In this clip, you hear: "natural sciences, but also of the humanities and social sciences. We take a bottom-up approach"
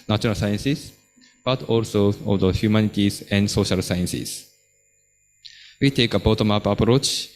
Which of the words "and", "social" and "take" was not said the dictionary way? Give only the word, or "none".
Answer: none